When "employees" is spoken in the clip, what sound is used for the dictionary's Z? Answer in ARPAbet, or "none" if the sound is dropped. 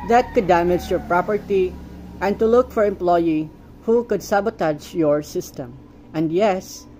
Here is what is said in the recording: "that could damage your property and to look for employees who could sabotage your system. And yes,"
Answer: none